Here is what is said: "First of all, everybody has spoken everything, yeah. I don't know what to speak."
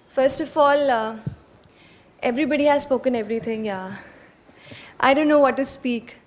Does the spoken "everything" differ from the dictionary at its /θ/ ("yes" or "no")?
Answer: yes